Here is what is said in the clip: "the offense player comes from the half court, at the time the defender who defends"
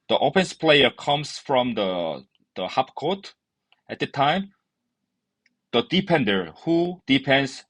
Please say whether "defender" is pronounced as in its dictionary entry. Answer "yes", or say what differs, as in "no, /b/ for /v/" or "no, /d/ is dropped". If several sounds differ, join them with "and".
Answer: no, /p/ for /f/